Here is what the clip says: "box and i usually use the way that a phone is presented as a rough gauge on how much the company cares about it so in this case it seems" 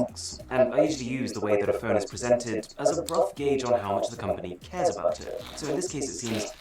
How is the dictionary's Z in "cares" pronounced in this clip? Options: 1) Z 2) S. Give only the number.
1